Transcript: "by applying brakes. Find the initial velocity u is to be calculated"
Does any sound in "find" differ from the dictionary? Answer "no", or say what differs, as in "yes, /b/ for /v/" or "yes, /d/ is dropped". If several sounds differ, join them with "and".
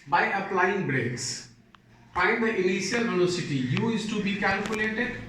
yes, /p/ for /f/